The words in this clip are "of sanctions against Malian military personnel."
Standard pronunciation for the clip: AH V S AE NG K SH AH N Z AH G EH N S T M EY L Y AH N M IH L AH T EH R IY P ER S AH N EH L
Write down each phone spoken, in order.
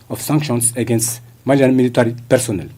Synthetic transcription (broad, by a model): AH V S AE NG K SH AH N S AH G EH N S T M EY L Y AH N M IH L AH T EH R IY P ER S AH N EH L